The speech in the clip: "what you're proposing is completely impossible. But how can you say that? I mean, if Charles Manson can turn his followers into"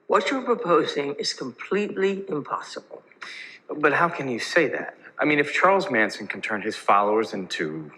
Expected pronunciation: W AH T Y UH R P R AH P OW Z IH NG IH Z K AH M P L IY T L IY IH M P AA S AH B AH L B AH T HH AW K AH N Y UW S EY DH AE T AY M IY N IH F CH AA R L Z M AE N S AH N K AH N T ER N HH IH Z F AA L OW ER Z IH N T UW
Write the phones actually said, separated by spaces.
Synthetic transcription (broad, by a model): W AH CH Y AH R P R AH P OW Z IH NG IH Z K AH M P L IY T L IY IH M P AA S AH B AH L B AH T HH AW K AH N Y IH S EY DH AE T AY M IY N IH F CH AA R L Z M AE N S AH N K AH N T ER N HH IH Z F AA L OW ER Z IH N T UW